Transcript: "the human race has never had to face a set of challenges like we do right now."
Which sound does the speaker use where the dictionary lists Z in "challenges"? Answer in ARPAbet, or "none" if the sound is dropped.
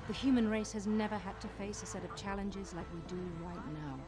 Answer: Z